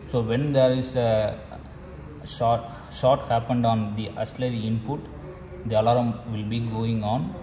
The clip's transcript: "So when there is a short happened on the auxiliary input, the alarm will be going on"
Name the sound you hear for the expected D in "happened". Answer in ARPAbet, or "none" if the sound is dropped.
D